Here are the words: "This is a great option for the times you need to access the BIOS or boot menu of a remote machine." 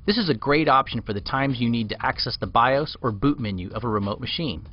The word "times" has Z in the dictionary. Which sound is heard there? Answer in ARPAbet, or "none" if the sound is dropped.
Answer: Z